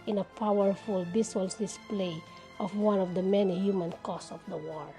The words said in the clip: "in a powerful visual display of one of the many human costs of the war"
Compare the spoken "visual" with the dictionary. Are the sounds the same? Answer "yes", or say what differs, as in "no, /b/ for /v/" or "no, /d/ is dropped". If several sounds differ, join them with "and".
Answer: no, /b/ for /v/ and /s/ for /ʒ/